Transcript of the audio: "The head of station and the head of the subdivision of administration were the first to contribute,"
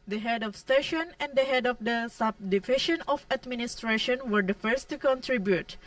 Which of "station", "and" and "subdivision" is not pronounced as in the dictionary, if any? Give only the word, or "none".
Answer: subdivision